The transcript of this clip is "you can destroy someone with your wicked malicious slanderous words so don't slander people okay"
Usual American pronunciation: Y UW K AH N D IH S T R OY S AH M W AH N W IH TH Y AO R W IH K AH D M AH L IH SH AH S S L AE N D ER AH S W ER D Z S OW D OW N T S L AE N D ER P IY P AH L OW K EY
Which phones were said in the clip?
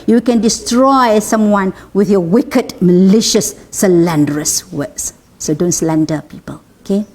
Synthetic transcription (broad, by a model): Y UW K AH N D IH S T R OY S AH M W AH N W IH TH Y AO W IH K AH D M AH L IH SH AH S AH L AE N D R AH S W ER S S OW D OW N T S L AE N D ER P IY P AH L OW K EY